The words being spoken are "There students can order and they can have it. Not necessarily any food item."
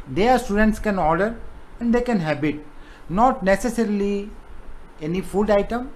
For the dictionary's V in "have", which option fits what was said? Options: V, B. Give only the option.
B